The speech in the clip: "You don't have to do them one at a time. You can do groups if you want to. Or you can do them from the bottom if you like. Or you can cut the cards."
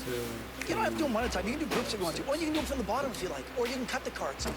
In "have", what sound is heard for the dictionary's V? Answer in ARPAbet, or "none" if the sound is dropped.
F